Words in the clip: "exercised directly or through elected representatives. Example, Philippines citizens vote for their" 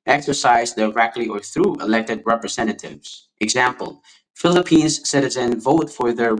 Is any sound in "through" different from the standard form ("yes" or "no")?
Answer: no